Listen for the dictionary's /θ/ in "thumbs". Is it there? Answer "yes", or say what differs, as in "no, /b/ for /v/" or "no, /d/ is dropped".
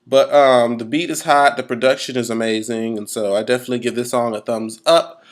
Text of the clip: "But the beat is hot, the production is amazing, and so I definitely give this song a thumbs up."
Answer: yes